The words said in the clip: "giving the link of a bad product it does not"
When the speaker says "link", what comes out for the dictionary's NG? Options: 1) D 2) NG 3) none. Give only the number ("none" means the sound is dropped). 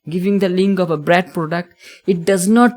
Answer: 2